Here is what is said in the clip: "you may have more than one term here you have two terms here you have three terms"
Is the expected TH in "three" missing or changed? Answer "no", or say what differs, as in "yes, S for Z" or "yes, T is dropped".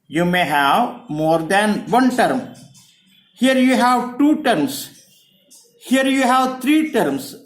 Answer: yes, T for TH